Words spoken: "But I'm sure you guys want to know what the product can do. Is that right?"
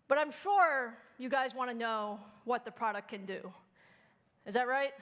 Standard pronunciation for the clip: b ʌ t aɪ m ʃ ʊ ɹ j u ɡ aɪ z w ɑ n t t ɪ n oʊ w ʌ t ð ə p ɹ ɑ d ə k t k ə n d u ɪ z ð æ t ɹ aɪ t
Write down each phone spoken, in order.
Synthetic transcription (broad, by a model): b ʌ t aɪ m ʃ ʊ ɹ j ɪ ɡ aɪ z w ɑ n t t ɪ n oʊ w ʌ t ð ə p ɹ ɑ d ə k k ə n d u ɪ z ð æ t ɹ aɪ t